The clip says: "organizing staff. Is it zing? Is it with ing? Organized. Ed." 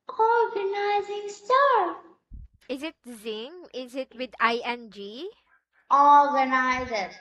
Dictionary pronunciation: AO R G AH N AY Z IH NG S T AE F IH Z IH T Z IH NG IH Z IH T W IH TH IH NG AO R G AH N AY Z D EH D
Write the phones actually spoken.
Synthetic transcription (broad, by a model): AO R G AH N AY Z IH NG S T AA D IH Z IH T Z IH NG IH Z IH T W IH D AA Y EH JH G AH N AY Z EH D